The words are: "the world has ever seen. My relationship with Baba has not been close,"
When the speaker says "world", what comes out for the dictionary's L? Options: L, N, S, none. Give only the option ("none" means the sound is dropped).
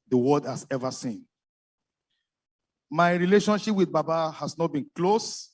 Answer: none